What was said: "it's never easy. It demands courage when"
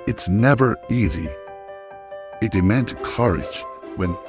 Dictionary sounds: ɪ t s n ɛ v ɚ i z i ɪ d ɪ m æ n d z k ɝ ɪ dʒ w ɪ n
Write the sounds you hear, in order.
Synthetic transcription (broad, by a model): ɪ t s n ɛ v ɚ i z i ɪ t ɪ m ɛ n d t k ɝ ɪ dʒ w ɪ n